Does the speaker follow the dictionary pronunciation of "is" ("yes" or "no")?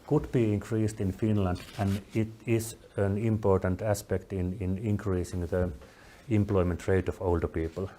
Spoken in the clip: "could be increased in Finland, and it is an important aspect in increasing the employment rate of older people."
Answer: no